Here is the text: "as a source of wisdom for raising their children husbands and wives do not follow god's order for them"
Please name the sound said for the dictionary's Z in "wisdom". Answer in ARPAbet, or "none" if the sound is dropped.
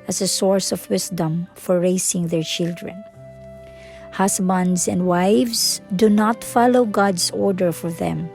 S